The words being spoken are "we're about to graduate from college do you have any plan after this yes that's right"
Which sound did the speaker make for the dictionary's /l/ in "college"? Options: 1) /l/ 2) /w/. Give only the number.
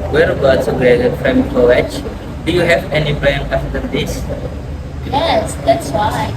2